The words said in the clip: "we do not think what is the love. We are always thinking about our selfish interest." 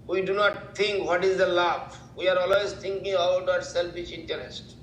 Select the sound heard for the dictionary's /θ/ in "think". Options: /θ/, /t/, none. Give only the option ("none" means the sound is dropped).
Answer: /t/